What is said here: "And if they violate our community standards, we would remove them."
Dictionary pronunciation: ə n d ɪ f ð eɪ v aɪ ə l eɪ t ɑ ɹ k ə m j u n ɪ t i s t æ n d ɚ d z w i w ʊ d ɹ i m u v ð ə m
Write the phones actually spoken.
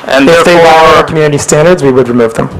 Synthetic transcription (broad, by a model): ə n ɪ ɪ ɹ ð eɪ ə w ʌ ʌ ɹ k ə m j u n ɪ t i s t æ n d ɚ d z w i w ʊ d ɹ i m u v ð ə m